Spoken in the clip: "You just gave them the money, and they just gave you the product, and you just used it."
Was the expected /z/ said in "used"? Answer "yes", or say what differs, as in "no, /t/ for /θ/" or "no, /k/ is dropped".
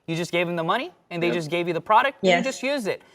yes